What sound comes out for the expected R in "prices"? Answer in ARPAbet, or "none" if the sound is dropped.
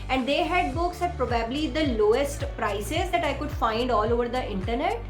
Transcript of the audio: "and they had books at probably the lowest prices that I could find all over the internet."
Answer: R